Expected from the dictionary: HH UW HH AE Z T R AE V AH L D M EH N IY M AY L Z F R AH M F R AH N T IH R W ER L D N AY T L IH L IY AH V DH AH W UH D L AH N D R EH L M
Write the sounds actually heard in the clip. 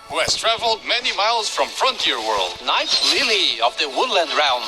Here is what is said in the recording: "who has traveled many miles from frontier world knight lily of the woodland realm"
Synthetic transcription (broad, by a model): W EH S T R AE V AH L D M EH N IY M AY L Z F R AH M F R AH N T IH R W ER L D N AY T L IH L IY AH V DH AH W UH D L AH N D R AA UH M